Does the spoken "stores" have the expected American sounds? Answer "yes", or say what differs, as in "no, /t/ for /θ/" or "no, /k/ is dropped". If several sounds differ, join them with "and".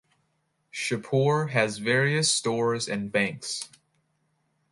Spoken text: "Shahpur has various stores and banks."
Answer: yes